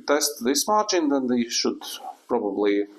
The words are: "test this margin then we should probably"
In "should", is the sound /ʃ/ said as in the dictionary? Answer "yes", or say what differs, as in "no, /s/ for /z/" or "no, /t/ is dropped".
yes